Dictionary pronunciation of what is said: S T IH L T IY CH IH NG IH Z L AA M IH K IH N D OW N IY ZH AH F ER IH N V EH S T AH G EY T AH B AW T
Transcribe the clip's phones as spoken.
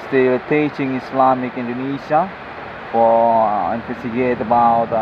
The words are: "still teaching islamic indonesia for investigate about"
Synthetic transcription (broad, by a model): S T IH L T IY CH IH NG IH S L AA M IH K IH N D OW N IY SH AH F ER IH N F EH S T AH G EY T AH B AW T